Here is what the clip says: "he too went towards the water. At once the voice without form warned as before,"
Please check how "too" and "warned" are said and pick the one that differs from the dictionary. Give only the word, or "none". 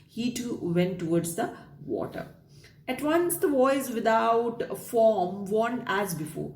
warned